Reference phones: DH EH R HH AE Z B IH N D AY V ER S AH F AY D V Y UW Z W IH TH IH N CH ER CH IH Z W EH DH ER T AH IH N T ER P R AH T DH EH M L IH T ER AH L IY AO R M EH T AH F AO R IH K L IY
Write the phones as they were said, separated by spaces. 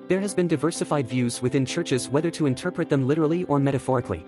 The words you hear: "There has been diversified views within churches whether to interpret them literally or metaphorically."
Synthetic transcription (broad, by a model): DH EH R HH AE Z B IH N D AY V ER S AH F AY D V Y UW Z W IH TH IH N CH ER CH IH Z W EH DH ER T AH IH N T ER P R AH T DH EH M L IH T ER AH L IY AO R M EH T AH F AO R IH K L IY